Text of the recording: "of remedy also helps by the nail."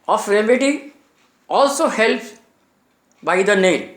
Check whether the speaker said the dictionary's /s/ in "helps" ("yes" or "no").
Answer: no